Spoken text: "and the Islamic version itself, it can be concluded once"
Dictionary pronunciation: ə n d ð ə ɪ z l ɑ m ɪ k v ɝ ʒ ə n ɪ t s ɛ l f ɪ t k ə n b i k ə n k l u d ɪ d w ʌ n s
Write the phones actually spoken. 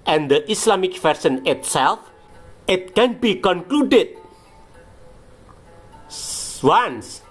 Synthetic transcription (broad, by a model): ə n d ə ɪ s l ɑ m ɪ k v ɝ s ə n ɪ t s ɛ l f ɪ t k ə n b i k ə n k l u d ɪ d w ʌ n s